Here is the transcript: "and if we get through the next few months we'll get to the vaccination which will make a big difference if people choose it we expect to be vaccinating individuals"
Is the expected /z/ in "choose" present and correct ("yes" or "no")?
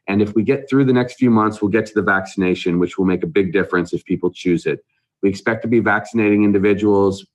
yes